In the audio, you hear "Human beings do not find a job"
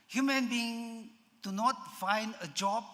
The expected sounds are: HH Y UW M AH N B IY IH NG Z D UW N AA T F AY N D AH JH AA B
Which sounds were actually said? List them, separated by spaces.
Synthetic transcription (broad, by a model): HH Y UW M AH N B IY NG D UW N AA T F AY N D AH JH AA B